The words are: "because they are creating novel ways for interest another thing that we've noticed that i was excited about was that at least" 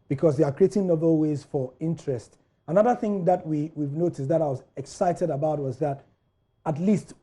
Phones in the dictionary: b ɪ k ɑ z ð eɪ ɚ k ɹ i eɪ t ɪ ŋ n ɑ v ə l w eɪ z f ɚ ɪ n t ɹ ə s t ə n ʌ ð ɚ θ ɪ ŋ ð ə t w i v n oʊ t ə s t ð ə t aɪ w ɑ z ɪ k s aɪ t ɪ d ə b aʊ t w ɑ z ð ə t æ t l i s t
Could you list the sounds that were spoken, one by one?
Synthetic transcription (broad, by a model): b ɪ k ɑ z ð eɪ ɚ k ɹ i eɪ t ɪ ŋ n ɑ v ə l w eɪ z f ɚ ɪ n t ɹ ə s t ə n ʌ ð ɚ θ ɪ ŋ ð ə t w i v n oʊ t ə s t ð ə t aɪ w ɑ z ɪ k s aɪ t ɪ d ə b aʊ t w ɑ z ð ə t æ t l i s t